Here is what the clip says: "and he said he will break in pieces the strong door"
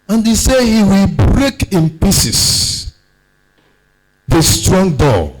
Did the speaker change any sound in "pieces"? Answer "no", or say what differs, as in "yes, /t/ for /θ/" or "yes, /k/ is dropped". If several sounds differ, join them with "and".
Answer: yes, /s/ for /z/